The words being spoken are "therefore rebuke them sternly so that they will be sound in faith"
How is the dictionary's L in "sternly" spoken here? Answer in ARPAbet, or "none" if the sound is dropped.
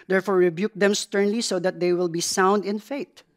L